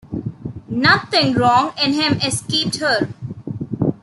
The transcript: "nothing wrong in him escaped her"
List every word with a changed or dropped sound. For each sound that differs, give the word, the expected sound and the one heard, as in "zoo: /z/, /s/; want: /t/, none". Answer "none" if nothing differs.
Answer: nothing: /θ/, /t/